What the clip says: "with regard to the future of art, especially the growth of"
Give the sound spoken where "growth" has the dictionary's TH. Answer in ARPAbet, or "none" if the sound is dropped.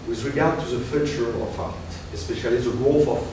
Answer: F